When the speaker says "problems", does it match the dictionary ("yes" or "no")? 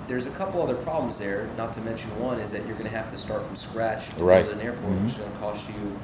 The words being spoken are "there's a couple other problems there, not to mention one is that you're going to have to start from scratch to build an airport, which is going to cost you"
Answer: yes